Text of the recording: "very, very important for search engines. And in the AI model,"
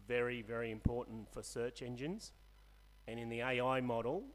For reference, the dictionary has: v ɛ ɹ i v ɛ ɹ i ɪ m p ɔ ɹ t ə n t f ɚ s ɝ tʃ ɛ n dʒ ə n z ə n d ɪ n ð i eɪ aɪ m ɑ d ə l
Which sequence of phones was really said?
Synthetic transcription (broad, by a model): v ɛ ɹ i v ɛ ɹ i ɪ m p ɔ ɹ t n t f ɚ s ɝ tʃ ɛ n dʒ ə n z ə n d ɪ n ð i eɪ aɪ m ɑ d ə l